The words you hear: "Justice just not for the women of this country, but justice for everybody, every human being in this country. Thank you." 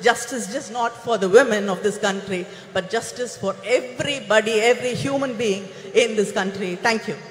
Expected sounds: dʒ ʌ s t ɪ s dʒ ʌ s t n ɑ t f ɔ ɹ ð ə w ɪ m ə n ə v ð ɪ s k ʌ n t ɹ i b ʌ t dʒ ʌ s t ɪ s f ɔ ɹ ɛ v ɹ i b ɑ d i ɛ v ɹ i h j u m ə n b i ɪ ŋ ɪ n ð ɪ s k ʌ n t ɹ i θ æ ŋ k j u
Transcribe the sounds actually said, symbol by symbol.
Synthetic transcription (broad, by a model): dʒ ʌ s t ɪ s dʒ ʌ s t n ɑ t f ɔ ɹ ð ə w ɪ m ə n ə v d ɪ s k ʌ n t ɹ i b ʌ t dʒ ʌ s t ɪ s f ɔ ɹ ɛ v ɹ i b ɑ d i ɛ v ɹ i h j u m ə n b i ɪ ŋ ɪ n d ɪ s k ʌ n t ɹ i t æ ŋ k j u